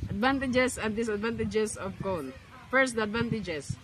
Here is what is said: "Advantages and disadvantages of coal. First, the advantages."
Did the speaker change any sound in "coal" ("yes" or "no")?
yes